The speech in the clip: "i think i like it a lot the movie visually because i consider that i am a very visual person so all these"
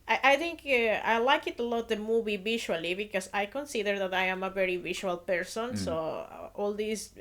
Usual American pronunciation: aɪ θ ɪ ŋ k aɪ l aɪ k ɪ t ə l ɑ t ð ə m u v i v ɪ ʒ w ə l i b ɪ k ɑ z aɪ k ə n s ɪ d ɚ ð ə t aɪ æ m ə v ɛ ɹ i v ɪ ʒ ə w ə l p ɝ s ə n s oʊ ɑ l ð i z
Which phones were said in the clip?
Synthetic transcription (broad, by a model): aɪ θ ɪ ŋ k aɪ l aɪ k ɪ t ə l ɑ t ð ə m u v i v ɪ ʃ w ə l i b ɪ k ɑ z aɪ k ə n s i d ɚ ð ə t aɪ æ m ə v ɛ ɹ i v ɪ ʃ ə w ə l p ɝ s ə n s oʊ ɑ l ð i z